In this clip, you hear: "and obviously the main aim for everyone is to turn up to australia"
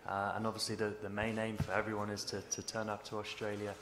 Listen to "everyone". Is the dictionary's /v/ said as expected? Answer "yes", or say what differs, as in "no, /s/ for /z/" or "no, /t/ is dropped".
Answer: yes